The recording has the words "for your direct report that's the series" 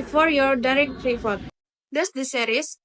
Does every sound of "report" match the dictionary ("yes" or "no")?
no